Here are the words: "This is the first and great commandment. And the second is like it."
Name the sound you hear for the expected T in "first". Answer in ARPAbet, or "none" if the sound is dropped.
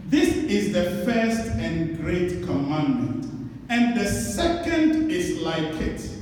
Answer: T